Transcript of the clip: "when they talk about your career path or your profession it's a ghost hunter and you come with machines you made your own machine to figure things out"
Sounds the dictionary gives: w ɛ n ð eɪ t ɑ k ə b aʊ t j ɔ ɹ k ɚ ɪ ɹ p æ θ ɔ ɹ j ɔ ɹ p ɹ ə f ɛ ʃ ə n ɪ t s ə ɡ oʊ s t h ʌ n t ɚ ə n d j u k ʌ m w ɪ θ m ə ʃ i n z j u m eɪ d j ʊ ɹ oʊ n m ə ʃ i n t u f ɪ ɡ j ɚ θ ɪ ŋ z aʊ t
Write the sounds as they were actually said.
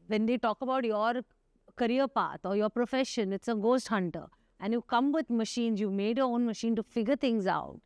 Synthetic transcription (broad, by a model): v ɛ n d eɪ t ɑ k ə b aʊ t j ɔ ɹ k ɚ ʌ ɹ p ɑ t ɔ ɹ j ɔ ɹ p ɹ ə f ɛ ʃ ə n ɪ t s ə ɡ oʊ s t h ʌ n t ɚ ə n d j u k ʌ m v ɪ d m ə ʃ i n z j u m eɪ d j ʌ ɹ oʊ n m ə ʃ i n t u f ɪ ɡ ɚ t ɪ ŋ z aʊ t